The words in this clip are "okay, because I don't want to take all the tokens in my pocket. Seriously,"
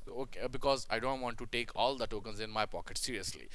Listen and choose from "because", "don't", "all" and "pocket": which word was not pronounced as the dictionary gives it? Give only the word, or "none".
none